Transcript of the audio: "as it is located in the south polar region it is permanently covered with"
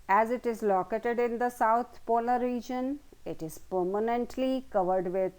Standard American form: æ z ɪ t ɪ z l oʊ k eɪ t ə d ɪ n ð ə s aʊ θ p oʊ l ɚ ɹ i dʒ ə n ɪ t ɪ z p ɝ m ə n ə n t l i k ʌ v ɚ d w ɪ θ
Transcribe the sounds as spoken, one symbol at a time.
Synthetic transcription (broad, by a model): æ z ɪ t ɪ z l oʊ k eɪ t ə d ɪ n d ə s aʊ t p oʊ l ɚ ɹ i dʒ ə n ɪ t ɪ z p ɝ m ə n ə n t l i k ʌ v ɚ d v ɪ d